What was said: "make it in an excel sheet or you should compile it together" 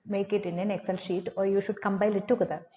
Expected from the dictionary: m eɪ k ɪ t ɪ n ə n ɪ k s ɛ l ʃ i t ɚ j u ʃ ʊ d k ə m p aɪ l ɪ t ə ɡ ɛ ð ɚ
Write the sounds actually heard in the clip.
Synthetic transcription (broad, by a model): m eɪ k ɪ t ɪ n ə n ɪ k s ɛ l ʃ i t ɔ j u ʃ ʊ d k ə m b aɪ l ɪ t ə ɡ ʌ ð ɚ